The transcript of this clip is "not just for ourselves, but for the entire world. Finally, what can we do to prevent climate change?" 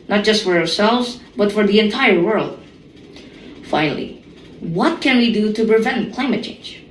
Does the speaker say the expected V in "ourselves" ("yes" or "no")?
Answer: yes